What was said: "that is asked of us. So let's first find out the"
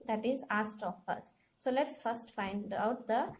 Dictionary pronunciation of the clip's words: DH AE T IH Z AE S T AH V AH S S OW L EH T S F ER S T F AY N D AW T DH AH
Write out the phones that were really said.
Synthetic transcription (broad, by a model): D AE T IH Z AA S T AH P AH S S OW L EH T S F ER S T F AY N D AW T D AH